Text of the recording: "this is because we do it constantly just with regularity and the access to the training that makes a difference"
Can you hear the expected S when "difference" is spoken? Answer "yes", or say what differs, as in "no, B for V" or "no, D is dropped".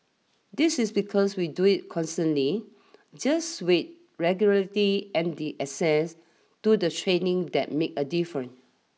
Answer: no, S is dropped